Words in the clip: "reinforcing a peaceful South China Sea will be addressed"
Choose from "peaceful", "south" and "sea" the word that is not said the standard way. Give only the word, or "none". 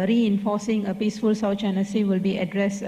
south